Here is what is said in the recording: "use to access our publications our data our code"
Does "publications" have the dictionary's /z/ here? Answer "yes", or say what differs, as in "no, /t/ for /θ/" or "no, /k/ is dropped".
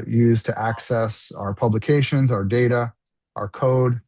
yes